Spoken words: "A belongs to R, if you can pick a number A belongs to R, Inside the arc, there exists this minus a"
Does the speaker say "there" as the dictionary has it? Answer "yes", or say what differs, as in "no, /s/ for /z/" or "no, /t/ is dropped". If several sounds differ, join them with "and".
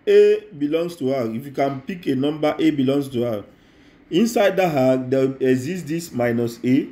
no, /w/ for /ɹ/